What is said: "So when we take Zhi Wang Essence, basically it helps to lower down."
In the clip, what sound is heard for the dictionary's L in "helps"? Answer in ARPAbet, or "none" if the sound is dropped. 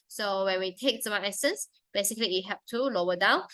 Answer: none